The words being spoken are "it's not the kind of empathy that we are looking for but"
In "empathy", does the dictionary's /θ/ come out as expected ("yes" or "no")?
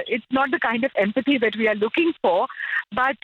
no